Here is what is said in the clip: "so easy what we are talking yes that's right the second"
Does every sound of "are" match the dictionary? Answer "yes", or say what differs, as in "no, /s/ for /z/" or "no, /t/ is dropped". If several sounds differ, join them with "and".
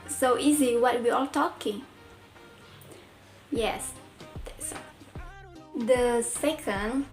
no, /l/ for /ɹ/